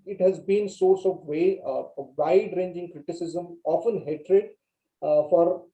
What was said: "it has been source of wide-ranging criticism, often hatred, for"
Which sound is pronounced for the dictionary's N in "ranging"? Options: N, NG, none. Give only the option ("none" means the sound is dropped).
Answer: N